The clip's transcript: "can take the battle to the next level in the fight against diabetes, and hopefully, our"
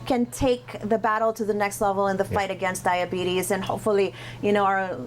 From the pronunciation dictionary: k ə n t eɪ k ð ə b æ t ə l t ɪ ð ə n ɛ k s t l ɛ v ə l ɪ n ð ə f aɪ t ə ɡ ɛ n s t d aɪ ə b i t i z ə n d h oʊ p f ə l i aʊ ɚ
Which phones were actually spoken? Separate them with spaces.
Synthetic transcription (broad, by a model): k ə n t eɪ k ð ə b æ t l t ɪ ð ə n ɛ k s t l ɛ v l ɪ n ð ə f aɪ t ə ɡ ɛ n s d aɪ ə b i t i z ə n h oʊ p f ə n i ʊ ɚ